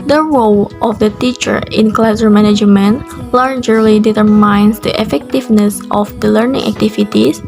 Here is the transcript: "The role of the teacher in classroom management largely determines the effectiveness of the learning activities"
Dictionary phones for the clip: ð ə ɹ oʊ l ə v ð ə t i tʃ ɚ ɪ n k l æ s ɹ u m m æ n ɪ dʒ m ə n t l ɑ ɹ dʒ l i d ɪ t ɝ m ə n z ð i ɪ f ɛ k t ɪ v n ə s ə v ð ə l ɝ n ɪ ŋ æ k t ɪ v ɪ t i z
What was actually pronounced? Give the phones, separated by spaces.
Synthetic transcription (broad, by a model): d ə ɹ oʊ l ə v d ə t i tʃ ɚ ɪ n k l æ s ʌ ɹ m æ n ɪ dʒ m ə n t l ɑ ɹ dʒ l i d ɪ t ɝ m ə n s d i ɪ f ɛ k t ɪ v n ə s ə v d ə l ɝ n ɪ ŋ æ k t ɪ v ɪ t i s